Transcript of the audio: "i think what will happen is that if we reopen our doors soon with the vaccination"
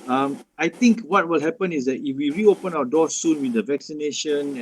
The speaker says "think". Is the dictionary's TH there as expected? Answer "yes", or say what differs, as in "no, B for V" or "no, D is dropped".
no, T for TH